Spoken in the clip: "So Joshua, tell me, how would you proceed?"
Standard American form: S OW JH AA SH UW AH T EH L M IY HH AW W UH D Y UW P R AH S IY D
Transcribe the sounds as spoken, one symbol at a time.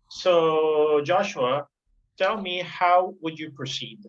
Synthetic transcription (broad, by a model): S OW JH AA SH UW AH T EH L M IY HH AW W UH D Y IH P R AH S IY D